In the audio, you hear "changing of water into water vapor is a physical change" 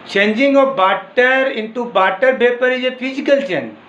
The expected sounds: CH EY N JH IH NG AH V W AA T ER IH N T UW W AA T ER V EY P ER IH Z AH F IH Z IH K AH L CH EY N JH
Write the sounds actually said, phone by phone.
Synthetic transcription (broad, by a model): CH EY N JH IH NG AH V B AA T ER IH N T UW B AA T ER P EY P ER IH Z AH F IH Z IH K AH L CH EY N